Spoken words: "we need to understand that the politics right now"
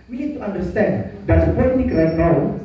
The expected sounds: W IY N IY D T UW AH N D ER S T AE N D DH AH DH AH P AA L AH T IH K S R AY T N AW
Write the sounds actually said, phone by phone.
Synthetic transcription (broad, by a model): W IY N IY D T UW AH N D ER S T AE N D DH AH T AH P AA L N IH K R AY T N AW